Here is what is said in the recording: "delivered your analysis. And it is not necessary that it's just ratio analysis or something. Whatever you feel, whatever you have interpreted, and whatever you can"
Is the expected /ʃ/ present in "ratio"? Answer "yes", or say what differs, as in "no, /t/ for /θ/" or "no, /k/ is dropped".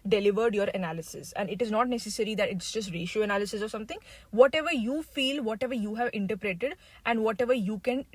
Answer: yes